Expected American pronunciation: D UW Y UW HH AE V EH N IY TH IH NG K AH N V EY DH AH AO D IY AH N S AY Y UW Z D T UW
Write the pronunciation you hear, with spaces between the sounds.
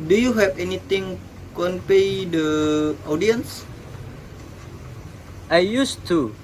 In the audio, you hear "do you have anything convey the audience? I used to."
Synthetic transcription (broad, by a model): D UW Y UW HH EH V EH N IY T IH NG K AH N P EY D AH AO D IY AH N S AY Y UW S T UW